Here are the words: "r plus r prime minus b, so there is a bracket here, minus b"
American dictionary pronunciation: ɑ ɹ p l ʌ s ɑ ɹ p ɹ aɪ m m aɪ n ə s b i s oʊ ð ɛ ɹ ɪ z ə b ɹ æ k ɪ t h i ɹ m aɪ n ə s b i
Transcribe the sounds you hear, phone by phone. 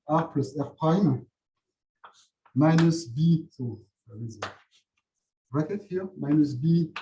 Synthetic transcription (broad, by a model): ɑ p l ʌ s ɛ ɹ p aɪ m m aɪ n ə s b i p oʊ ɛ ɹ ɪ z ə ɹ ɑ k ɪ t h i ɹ m aɪ n ə s b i